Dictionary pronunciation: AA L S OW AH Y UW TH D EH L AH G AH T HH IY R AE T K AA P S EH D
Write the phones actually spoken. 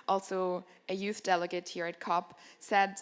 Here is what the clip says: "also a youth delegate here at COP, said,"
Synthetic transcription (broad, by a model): AA L S OW AH Y UW TH D EH L AH G AH T HH IY R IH T K AA P S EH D